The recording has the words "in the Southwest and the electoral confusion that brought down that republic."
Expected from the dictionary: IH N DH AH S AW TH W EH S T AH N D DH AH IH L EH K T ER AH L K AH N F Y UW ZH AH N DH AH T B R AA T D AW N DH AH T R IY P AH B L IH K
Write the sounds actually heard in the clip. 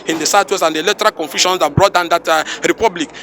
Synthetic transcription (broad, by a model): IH N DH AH S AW T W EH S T AH N D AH L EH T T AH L K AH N F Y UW SH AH N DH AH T B R AA T D AW N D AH T R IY P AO B L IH K